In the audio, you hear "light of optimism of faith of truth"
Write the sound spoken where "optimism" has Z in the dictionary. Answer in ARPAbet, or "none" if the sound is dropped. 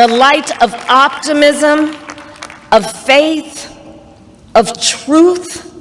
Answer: Z